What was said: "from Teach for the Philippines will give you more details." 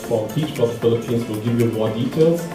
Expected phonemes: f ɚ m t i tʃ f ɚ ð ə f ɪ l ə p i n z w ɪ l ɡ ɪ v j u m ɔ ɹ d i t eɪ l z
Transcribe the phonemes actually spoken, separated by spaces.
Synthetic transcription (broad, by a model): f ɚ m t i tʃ p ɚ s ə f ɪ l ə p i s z w ɪ l ɡ ɪ v j u m ɔ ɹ d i t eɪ l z